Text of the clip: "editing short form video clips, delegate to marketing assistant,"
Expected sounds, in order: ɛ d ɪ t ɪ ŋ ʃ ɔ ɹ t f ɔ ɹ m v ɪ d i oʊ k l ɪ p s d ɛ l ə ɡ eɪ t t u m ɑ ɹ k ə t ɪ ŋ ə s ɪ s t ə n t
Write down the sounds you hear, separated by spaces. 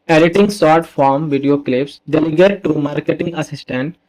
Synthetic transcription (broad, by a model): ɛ d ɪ t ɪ ŋ s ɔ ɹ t f ɔ ɹ m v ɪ d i oʊ k l ɪ p s d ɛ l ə ɡ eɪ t t u m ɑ ɹ k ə t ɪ ŋ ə s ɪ s t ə n t